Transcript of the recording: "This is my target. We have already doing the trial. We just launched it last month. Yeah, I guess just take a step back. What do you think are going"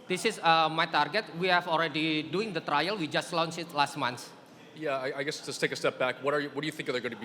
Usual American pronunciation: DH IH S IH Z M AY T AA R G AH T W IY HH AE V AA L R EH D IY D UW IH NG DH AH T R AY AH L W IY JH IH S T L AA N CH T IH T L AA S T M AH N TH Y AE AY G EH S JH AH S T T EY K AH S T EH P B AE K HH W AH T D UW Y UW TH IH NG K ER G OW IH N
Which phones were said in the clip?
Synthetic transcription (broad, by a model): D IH S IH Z M AY T AA R G AH T W IY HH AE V AA L R EH D IY D UW IH NG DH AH T R AY AH L W IY JH IH S T L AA N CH IH T L AA S T M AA N S Y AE AY G EH S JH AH S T T EY K AH S T EH P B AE K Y W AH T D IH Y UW TH IH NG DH ER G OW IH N